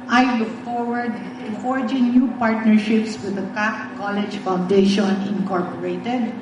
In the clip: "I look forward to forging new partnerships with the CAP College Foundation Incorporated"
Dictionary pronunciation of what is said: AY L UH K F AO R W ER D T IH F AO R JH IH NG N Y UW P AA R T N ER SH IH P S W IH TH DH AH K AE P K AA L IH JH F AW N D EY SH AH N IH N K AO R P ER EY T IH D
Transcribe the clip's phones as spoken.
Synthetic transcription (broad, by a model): AY L UH K F AO R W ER D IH F AO R JH IH NG N Y UW P AA R T N ER SH IH P S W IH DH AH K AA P K AA L IH JH F AW N D EY SH AH N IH N K AO R P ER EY T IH D